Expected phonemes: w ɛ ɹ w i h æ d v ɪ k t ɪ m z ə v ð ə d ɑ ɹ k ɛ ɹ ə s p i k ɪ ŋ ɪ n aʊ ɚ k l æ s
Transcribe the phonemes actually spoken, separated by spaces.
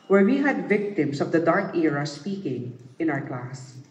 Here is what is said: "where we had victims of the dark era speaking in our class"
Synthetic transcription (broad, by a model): w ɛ ɹ w i h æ d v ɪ k t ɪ m s ə v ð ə d ɑ ɹ k ɛ ɹ ə s p i k ɪ ŋ ɪ n aʊ ɚ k l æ s